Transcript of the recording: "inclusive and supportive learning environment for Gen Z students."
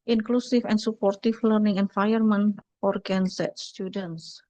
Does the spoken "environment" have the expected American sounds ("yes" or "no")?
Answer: no